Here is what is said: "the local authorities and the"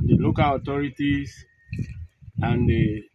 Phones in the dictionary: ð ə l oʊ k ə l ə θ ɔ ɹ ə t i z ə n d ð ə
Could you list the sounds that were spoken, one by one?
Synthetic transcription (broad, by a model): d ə l oʊ k ə l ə t ɔ ɹ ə t i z ə n d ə